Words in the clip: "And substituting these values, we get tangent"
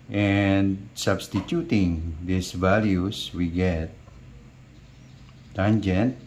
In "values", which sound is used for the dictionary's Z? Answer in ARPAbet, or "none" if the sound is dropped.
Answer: S